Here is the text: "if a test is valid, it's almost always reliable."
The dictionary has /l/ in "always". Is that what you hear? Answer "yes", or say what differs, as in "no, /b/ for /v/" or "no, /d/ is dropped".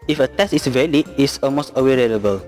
no, /l/ is dropped